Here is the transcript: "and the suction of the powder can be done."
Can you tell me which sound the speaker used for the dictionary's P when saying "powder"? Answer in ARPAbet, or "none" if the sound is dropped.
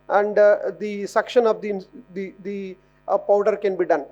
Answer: P